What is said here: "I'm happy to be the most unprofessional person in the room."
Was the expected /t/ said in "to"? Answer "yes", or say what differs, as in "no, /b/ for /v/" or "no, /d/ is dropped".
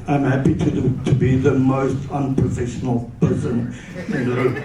yes